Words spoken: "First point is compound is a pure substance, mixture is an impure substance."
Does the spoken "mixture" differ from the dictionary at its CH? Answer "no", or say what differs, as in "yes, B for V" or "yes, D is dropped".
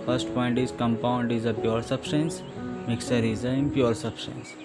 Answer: yes, CH is dropped